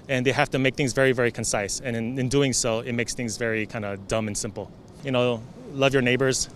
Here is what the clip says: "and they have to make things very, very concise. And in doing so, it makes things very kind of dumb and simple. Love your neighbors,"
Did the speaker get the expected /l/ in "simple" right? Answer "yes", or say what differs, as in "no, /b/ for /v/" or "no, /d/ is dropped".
no, /n/ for /l/